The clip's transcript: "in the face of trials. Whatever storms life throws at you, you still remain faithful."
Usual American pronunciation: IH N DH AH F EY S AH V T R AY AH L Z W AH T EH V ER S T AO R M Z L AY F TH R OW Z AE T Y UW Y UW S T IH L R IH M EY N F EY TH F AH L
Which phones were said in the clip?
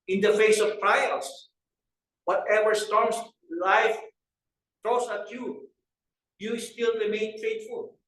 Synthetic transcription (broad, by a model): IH N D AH F EY S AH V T R AY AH L S W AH T EH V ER S T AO R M S L AY F T R OW S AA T Y UW Y UW S T IH L R IH M EY N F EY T F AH L